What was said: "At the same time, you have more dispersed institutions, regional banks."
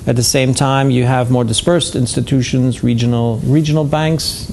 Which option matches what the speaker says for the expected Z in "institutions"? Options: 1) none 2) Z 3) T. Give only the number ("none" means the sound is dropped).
2